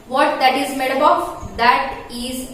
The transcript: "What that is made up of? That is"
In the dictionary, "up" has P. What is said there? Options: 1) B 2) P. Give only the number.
1